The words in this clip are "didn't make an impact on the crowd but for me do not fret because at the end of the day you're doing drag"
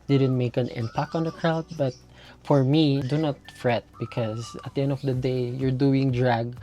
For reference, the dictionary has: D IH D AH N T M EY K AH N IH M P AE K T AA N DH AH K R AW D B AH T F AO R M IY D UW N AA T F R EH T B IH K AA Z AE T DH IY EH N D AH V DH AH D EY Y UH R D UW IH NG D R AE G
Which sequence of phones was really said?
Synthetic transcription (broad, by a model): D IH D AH N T M EY K AH N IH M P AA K AA N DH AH K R AW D B AH T F AO R M IY D UW N AA T F R EH T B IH K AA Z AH T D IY EH N D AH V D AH D EY Y UH R D UW IH NG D R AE G